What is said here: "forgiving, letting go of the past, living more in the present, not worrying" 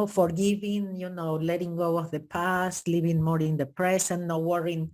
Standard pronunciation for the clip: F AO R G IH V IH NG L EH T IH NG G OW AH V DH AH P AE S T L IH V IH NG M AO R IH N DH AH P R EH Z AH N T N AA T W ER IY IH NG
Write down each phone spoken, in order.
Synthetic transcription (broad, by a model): F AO R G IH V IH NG L EH T IH NG G OW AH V DH AH P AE S T L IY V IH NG M AO R IH N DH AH P R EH S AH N N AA W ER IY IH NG